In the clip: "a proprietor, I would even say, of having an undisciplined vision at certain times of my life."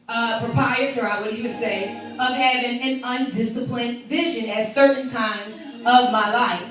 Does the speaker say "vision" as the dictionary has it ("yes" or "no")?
yes